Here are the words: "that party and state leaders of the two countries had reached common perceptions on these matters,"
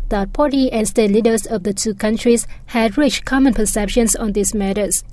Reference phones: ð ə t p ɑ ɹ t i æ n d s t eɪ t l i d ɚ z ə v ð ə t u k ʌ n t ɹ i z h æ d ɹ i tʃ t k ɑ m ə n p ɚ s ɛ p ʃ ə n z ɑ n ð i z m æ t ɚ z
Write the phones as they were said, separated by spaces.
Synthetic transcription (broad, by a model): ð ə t p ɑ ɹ t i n s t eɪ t l i d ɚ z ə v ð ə t u k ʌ n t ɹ i s h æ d ɹ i tʃ k ɑ m ə n p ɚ s ɛ p ʃ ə n s ɑ n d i s m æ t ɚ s